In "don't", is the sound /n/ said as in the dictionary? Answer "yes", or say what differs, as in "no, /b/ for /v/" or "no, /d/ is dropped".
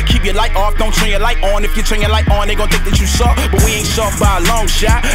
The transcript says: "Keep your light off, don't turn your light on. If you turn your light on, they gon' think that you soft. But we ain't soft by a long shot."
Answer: yes